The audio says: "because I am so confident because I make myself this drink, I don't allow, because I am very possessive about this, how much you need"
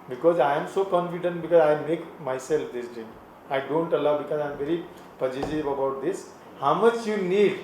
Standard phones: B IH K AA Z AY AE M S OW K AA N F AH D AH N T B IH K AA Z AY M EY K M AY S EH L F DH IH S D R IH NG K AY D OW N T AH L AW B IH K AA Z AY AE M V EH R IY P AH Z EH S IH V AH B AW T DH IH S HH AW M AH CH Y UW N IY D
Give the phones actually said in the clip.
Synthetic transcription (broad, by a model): B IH K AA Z AY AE M S OW K AA N F AH D AH N T B IH K AA Z AY M EY K M AY S EH L F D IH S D IH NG AY D OW N T AH L AW B IH K AA Z AY M V EH R IY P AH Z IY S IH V AH B AW T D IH S HH AW M AH CH Y UW N IY D